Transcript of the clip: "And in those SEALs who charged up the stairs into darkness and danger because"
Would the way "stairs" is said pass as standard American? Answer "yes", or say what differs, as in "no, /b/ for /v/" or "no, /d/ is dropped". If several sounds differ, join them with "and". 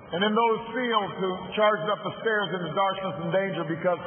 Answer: yes